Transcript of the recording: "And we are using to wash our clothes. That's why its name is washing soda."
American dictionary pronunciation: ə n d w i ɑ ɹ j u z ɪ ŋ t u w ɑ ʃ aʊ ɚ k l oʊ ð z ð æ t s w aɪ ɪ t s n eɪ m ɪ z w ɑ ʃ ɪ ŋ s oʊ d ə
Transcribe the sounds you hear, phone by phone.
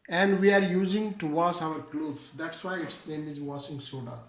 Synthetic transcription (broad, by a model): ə n d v i ɑ ɹ j u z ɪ ŋ t u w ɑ s aʊ ɚ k l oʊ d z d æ t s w aɪ ɪ t s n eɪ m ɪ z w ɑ s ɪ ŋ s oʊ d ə